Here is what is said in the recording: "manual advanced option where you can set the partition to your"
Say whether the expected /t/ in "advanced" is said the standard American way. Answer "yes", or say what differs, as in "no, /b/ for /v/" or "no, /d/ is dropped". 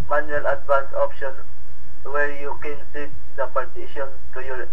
no, /t/ is dropped